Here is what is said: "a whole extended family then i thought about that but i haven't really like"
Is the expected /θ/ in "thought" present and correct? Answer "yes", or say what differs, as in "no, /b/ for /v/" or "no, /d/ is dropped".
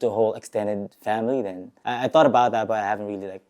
yes